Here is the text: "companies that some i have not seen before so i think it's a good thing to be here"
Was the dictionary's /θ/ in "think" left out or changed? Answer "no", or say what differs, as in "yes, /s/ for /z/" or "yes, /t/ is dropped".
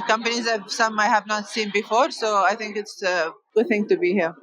yes, /t/ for /θ/